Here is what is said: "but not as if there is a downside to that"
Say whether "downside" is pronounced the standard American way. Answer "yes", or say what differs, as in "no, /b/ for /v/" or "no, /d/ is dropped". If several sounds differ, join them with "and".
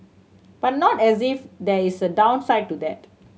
yes